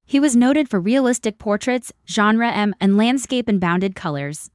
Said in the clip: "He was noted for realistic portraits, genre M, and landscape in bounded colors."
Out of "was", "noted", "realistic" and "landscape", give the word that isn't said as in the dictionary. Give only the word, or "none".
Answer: none